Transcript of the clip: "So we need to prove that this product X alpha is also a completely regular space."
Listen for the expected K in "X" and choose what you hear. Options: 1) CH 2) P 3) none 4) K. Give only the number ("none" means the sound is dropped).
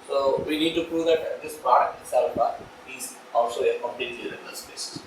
3